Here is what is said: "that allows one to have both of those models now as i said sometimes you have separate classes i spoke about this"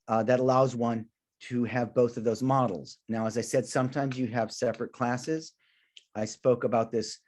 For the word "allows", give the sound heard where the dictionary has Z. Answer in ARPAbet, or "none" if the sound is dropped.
Z